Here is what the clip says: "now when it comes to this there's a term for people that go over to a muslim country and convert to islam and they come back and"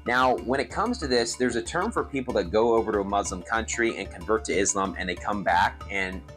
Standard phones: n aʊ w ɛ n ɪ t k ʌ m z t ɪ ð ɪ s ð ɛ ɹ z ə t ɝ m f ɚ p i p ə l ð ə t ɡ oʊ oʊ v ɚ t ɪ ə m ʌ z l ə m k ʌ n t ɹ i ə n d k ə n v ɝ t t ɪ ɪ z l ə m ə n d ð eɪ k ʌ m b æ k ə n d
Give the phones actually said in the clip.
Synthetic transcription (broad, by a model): n aʊ w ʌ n ɪ t k ʌ m z t ɪ ð ɪ s ð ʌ ɹ z ə t ɝ m f ɚ p i p l ð ə t ɡ oʊ oʊ v ɚ t ɪ ə m ʌ z l ə m k ʌ n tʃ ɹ i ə n k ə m v ɝ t t ɪ ɪ z l ə m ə n ð eɪ k ʌ m b æ k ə n